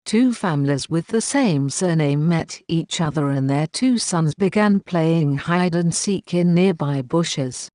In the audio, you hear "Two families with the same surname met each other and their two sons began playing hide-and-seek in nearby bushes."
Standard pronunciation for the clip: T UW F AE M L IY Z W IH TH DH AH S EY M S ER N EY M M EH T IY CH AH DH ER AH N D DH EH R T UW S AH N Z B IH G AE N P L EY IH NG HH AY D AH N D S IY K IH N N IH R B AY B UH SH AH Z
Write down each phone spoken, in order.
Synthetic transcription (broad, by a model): T UW F AE M L IY Z W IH DH AH S EY M S ER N EY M M EH T IY CH AH DH ER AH N DH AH R T UW S AH N Z B IH G AE N P L EY IH NG HH AY D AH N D S IY K IH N N IH R B AY B UH SH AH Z